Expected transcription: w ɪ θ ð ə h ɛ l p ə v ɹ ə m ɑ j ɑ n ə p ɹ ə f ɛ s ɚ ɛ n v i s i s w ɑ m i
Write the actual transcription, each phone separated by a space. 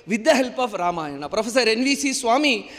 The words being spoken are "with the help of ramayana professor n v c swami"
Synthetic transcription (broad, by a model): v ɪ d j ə h ɛ l p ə f ɹ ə m ɑ j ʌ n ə p ɹ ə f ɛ s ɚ ɛ n v i s i s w ɑ m i